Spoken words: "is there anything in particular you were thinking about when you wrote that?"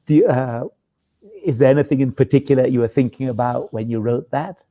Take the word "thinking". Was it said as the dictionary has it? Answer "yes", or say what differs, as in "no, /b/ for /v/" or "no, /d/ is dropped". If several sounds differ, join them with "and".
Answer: yes